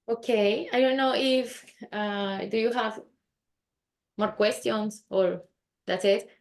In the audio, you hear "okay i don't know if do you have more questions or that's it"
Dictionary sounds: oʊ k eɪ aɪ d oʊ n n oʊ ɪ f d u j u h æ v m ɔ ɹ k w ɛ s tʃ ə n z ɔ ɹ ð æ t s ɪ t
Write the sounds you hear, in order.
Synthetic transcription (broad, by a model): oʊ k eɪ aɪ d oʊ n n oʊ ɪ f d u j u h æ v m ɔ ɹ k w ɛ s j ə n s ɔ ɹ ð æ t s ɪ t